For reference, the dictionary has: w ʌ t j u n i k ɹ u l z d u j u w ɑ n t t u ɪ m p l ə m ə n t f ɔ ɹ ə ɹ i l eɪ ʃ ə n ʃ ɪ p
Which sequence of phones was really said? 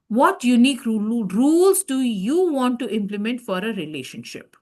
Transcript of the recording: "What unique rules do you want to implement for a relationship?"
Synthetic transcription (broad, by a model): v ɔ t j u n i k ɹ u l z d u j u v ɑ n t t u ɪ m p l ə m ə n t f ɔ ɹ ə ɹ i l eɪ ʃ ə n ʃ ɪ p